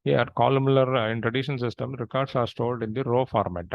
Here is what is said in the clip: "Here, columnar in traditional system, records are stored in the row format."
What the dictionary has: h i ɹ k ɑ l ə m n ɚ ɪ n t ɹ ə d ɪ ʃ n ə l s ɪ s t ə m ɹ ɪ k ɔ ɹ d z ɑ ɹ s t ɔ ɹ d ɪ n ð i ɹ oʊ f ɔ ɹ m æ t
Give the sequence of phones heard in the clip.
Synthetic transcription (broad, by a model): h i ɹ k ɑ l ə m l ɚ ɪ n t ɹ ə d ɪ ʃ ə n s ɪ s t ə m ɹ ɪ k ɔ ɹ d s ɑ ɹ s t ɔ l d ɪ n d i ɹ oʊ f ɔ ɹ m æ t